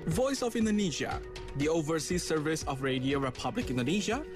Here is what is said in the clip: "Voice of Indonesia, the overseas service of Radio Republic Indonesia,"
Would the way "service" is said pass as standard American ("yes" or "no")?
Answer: yes